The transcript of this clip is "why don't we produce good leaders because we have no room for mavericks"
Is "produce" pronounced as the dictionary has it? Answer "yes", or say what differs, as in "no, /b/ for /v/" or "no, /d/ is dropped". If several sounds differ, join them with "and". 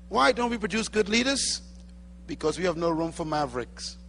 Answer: yes